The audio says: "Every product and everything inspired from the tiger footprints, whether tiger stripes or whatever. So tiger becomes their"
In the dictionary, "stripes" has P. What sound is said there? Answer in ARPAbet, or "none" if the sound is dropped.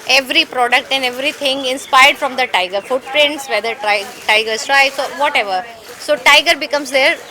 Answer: none